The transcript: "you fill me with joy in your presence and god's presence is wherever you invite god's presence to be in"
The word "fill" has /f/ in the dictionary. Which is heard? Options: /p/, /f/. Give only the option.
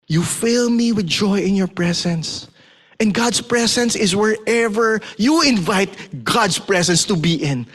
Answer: /f/